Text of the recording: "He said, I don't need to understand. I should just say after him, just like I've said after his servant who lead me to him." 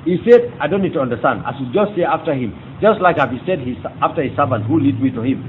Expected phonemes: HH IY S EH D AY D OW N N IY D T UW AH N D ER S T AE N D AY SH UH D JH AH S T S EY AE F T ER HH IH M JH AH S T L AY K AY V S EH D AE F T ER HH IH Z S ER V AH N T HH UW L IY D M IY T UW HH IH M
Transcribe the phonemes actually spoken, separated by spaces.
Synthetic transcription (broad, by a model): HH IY S EH D AY D OW N N IY D T UW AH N D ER S T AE N D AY S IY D JH AH S T S EY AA F T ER HH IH M JH AH S T L AY K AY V S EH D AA F T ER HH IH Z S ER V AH N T HH UW L IY D M IY T UW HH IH M